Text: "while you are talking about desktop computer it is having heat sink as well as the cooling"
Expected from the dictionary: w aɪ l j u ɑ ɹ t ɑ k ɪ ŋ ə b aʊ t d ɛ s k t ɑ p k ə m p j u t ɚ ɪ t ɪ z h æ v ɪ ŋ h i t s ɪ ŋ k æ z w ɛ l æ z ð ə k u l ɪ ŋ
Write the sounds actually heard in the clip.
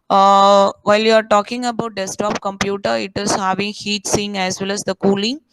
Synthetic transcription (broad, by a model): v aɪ l j u ɑ ɹ t ɑ k ɪ ŋ ə b aʊ t d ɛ s t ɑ p k ə m p j u t ɚ ɪ t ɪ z h æ v ɪ ŋ h i t s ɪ ŋ æ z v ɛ l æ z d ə k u l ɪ ŋ